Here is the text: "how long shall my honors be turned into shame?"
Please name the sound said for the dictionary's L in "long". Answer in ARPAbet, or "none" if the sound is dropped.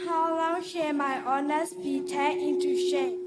L